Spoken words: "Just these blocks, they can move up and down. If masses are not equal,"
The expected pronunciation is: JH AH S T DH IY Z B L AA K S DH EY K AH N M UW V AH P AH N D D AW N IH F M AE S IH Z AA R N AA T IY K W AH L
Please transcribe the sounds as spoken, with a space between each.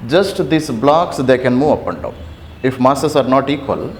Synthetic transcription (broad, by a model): JH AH S T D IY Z B L AA K S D EY K AH N M UW V AH P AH N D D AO IH F M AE S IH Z AA R N AA T IY K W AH L